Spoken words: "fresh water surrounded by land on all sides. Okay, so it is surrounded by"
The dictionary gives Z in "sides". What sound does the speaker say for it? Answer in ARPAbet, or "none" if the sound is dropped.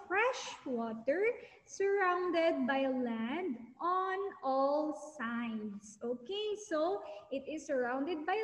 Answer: S